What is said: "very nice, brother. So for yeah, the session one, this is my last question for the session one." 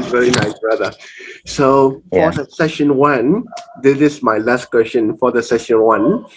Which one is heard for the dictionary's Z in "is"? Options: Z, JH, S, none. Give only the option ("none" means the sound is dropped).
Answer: S